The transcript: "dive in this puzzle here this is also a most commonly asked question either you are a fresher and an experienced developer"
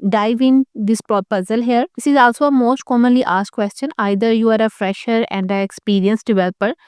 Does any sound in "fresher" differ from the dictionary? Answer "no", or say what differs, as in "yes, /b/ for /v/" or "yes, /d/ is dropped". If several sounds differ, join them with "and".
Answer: no